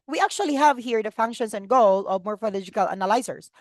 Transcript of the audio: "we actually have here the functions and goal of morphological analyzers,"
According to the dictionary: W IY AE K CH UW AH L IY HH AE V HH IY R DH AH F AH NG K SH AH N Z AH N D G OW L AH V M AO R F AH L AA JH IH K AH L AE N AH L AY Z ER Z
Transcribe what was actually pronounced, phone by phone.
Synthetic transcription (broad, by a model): W IY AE K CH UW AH L IY HH AE V HH IY R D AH F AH NG K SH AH N S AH N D G OW L AH V M AO R F AH L AA JH IH K AH L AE N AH L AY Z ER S